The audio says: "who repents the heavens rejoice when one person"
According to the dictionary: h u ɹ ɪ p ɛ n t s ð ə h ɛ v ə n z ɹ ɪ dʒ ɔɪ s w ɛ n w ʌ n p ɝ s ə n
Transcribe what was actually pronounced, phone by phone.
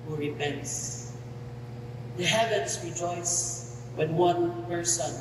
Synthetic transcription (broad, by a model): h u ɹ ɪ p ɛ n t s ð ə h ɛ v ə n s ɹ ɪ dʒ ɔɪ s w ɛ n w ʌ n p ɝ s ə n